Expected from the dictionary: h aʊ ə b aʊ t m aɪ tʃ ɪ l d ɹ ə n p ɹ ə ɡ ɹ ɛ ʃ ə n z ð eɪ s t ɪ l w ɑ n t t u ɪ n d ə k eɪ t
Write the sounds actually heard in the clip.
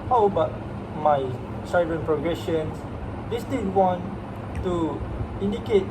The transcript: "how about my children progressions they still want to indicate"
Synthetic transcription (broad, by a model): h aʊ b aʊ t m aɪ s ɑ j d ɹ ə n p ɹ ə ɡ ɹ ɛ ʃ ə n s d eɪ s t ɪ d w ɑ n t t u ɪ n d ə k eɪ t